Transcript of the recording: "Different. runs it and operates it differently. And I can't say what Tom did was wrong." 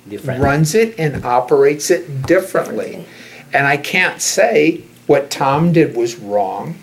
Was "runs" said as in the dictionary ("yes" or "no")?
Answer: yes